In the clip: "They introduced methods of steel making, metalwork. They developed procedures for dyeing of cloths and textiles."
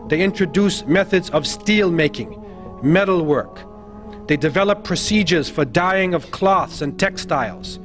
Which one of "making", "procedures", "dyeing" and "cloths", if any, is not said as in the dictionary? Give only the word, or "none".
none